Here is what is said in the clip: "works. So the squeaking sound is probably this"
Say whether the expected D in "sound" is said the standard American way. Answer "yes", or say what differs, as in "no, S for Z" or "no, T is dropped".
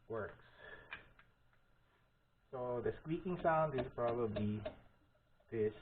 yes